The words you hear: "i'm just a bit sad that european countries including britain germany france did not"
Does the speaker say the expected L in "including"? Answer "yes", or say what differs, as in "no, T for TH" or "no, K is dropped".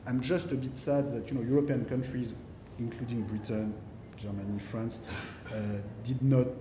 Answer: yes